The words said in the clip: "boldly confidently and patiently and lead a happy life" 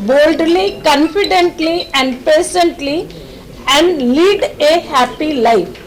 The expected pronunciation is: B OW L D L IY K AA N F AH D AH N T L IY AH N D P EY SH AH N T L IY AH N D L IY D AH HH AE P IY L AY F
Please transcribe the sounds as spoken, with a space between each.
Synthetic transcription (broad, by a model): B OW L D L IY K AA N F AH D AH N T L IY AH N D P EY S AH N T L IY AH N D L IY D AH HH AE P IY L AY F